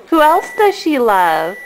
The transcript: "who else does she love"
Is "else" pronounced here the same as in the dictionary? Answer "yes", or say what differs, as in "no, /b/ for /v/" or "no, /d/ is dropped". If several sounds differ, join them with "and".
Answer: yes